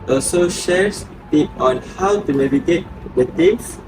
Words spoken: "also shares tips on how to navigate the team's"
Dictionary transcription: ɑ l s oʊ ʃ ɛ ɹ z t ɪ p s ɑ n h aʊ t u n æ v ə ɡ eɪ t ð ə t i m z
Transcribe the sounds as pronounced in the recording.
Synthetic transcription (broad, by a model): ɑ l s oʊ ʃ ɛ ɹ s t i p ɑ n h aʊ t u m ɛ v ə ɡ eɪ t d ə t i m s